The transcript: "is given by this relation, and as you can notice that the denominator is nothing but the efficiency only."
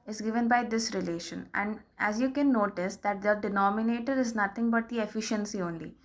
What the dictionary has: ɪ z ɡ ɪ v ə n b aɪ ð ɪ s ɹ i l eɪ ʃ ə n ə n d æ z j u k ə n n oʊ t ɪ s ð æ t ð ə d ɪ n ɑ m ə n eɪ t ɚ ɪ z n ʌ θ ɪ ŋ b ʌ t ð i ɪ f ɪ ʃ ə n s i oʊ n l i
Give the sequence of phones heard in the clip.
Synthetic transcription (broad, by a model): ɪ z ɡ ɪ v ə n b aɪ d ɪ s ɹ i l eɪ ʃ ə n ə n d æ z j u k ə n n oʊ t ɪ s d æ t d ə d ɪ n ɑ m ə n eɪ t ɚ ɪ z n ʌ t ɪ ŋ b ʌ t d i ɪ f ɪ ʃ ə n s i oʊ n l i